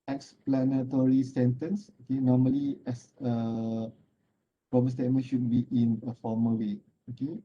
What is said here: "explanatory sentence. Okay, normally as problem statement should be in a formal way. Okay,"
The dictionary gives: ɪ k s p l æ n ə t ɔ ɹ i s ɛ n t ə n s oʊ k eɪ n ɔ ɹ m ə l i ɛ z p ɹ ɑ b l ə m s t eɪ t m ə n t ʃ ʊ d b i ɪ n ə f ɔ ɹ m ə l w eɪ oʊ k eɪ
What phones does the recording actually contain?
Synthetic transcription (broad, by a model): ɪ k s p l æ n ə t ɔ ɹ i s ɛ n t ə n s oʊ k eɪ n ɔ m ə l i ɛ s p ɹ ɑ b ə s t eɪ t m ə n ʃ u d b i ɪ n ə f ɔ m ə w eɪ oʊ k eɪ